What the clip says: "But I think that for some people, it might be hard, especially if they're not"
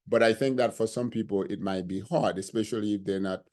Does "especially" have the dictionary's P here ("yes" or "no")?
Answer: yes